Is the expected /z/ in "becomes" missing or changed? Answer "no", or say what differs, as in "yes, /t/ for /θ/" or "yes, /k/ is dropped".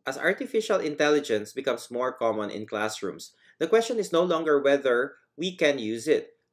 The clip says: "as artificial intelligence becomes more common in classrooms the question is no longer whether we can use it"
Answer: yes, /s/ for /z/